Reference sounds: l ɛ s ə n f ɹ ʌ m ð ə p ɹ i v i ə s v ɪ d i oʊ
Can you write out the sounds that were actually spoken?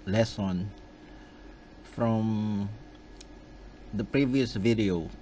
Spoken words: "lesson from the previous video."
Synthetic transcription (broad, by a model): l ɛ s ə n f ɹ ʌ m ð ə p ɹ i v i ə s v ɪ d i oʊ